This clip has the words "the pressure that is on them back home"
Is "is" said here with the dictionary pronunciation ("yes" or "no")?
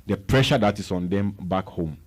no